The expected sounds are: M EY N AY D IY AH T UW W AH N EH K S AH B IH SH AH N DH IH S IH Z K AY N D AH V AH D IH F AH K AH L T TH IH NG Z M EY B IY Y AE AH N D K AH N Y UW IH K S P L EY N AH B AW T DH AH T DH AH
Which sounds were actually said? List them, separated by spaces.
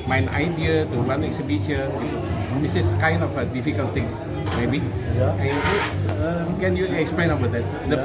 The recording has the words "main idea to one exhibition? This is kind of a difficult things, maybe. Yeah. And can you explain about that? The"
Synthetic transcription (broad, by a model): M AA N AY D IY AH T UW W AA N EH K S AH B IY S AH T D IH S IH S K AY N D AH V AH D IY F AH K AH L T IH NG S M EY B IY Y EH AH K AH N Y UW IH K S P L EY N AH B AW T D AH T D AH